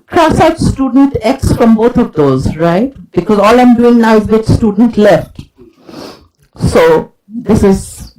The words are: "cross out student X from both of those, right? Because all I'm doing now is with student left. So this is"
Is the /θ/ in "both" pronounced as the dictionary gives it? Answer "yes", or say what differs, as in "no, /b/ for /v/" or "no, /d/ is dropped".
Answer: no, /t/ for /θ/